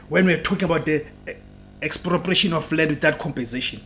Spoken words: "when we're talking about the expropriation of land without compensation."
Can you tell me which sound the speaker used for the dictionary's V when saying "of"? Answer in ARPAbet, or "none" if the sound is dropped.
F